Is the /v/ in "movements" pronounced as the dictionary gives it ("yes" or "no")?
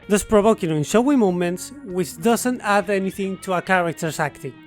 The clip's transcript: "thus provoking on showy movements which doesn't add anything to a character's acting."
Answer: no